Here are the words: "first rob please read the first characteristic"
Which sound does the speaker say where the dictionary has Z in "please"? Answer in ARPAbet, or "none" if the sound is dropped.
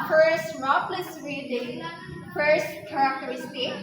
S